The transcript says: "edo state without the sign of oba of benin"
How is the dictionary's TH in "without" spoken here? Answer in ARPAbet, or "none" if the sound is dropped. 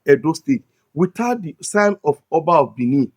T